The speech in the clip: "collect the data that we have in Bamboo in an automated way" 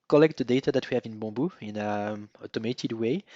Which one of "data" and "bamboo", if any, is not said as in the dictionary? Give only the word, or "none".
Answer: bamboo